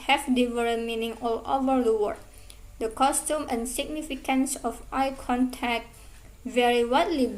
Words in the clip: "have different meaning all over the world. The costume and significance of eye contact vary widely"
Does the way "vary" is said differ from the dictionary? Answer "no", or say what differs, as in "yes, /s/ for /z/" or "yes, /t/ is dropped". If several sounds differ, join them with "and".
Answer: no